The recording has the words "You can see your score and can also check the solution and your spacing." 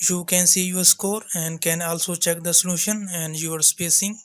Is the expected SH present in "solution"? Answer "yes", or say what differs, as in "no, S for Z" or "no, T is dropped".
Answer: yes